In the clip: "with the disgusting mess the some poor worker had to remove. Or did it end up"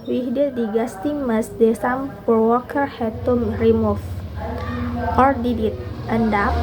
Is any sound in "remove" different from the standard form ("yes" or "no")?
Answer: yes